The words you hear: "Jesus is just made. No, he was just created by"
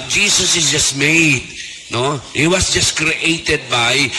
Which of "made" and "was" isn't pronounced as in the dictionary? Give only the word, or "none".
was